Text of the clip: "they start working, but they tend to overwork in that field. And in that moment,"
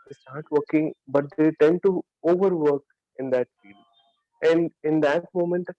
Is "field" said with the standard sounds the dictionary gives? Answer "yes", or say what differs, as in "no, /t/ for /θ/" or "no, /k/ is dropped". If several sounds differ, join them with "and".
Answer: no, /d/ is dropped